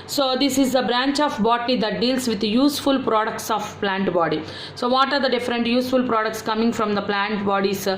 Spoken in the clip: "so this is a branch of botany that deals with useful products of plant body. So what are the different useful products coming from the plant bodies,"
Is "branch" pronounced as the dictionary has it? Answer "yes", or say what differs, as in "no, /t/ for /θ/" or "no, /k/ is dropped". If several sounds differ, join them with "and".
yes